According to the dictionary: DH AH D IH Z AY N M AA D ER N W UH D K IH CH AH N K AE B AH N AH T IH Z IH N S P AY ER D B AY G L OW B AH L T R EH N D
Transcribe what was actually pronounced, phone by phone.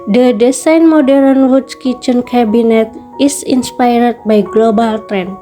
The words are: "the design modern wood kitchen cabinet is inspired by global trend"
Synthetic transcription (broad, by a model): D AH D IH S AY N M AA D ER N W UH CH K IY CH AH N K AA B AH N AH T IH S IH N S P AY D B AY G L OW B AH L T R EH N